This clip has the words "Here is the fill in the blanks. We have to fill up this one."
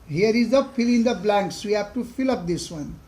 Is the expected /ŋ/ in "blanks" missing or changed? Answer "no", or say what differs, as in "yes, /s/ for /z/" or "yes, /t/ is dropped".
no